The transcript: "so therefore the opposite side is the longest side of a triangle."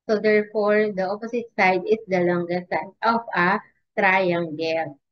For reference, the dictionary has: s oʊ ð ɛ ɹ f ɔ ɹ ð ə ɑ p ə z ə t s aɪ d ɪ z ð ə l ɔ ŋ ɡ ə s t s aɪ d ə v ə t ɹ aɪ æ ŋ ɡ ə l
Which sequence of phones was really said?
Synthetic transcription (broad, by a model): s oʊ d ɛ ɹ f ɔ ɹ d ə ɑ p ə s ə t s aɪ d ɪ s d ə l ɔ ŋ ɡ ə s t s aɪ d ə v ə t ɹ aɪ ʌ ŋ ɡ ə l